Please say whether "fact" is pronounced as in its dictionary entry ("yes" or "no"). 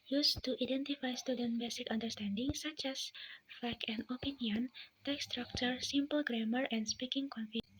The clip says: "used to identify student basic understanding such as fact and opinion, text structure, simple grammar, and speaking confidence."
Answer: no